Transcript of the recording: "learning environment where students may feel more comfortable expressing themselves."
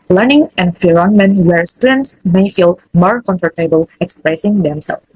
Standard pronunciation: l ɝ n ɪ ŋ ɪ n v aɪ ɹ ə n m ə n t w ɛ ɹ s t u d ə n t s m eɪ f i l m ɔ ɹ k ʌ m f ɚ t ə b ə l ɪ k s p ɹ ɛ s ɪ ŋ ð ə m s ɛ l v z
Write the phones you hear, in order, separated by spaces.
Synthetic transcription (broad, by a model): l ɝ n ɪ ŋ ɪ n f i ɹ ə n m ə n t w ɛ ɹ s t u d ə n t s m eɪ f i l m ɔ ɹ k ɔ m f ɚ t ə b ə l ɪ k s p ɹ ɛ s ɪ ŋ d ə m s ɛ l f